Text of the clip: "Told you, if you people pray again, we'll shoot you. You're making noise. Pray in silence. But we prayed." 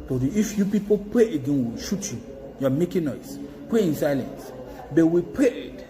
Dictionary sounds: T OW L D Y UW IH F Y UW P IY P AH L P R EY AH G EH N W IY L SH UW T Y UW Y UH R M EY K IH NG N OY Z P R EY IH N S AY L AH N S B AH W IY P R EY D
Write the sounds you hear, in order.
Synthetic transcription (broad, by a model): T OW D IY IH F Y UW P IY P AH L P R EY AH G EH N W IY L SH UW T Y UW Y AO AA M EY K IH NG N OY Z P R EY IH N S AY L AH N S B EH W IY P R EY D